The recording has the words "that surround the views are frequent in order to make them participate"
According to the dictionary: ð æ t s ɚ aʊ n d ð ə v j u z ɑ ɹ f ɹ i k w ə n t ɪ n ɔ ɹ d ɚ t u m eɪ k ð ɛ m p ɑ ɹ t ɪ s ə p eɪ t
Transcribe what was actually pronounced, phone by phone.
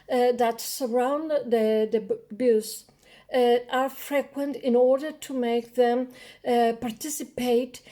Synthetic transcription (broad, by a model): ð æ t s ɚ aʊ n d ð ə b j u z ɑ ɹ f ɹ i k w ə n t ɪ n ɔ ɹ d ɚ t u m eɪ k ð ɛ m p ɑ ɹ t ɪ s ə p eɪ t